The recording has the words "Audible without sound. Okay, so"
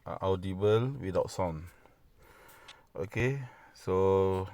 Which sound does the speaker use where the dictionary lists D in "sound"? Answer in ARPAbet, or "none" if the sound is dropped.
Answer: none